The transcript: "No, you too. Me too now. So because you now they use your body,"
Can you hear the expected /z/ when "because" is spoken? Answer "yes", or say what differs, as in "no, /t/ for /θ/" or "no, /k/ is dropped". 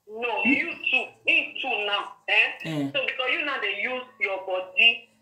no, /z/ is dropped